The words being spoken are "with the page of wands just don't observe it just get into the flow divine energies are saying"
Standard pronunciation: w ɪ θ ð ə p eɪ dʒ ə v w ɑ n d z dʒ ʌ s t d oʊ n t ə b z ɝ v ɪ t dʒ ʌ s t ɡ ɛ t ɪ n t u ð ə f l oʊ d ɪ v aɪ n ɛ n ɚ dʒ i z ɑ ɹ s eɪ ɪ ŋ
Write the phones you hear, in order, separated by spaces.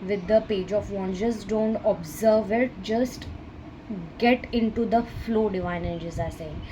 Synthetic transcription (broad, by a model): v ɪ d ə p eɪ dʒ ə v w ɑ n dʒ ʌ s d oʊ n t ə b z ɝ v ɪ t dʒ ʌ s t ɡ ɛ t ɪ n t u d ə f l oʊ d ɪ v aɪ n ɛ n dʒ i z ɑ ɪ s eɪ